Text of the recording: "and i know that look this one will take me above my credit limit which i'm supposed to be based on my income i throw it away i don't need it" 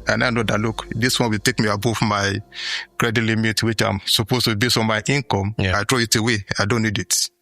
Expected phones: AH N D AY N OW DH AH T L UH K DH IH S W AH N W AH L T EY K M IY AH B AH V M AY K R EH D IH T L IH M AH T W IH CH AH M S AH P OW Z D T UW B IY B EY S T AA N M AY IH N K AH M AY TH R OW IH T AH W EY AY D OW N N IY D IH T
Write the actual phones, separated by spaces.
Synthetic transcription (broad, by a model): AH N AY N OW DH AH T L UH K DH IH S W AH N W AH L T EY K M IY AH B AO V M AY K R EH D IH T L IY M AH T W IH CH AH M S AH P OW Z T UW B IY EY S AA M AY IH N K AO M AY T R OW IH T AH W EY AY D OW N N IY D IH T